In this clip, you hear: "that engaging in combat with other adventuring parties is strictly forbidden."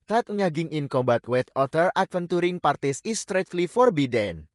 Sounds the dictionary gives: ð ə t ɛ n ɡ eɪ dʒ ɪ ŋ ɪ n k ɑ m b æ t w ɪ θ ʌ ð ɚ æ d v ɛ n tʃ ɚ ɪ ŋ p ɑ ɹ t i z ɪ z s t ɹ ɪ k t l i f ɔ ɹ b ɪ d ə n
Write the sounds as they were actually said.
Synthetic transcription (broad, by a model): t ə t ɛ ɡ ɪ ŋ ɪ n k ɑ m b æ t w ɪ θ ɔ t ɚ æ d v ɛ n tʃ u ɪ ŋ p ɑ ɹ t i s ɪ s t ɹ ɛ t l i f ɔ ɹ b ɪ d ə n